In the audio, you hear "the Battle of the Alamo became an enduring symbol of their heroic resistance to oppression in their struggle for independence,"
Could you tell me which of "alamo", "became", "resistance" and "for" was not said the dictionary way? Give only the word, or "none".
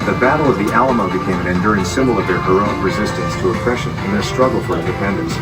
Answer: none